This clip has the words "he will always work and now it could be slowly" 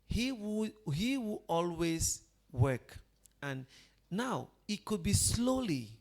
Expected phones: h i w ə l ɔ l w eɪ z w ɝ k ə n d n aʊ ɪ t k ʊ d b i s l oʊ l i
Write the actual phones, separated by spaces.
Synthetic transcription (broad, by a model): h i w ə w ɔ l w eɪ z w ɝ k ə n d n aʊ ɪ t k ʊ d b i s l oʊ l i